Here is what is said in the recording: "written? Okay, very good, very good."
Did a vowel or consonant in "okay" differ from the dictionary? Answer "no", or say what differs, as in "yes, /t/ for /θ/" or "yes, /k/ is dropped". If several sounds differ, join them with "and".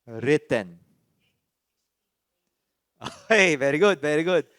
yes, /k/ is dropped